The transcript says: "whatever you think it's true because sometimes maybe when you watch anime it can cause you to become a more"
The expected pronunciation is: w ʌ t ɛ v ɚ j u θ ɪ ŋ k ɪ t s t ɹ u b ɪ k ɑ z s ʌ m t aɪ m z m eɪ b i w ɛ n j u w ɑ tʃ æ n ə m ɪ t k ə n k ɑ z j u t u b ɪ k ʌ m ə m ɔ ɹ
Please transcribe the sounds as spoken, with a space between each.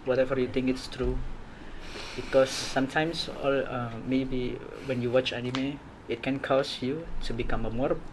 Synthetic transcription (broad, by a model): w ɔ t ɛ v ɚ j u t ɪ ŋ k ɪ t s t ɹ u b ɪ k ɑ s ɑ m t aɪ m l m eɪ b i w ɛ n j u w ɑ tʃ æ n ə m ɪ t k ə n k ɑ s j u t u b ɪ k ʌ m ə m ɔ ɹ